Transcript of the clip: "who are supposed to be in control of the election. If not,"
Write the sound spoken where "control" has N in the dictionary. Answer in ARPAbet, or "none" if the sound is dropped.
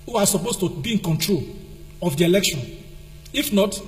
N